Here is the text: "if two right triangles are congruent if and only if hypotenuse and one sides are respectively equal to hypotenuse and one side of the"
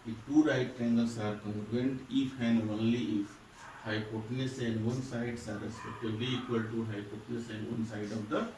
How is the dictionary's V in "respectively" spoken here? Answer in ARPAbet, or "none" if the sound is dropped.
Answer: B